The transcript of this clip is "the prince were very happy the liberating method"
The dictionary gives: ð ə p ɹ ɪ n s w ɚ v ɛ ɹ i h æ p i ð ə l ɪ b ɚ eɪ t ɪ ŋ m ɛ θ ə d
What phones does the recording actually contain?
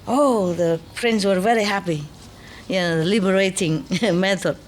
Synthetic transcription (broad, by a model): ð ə p ɹ ɪ n s w ɚ v ɛ ɹ i h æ p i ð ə l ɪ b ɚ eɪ t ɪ ŋ m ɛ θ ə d